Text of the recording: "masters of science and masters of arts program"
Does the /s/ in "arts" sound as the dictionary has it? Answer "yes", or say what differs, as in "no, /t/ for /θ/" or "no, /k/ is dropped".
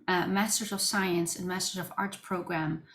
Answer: no, /s/ is dropped